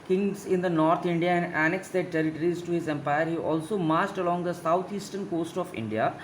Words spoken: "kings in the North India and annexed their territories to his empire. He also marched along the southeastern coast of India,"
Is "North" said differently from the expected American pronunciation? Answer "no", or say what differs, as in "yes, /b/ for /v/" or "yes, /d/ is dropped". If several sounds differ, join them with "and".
yes, /t/ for /θ/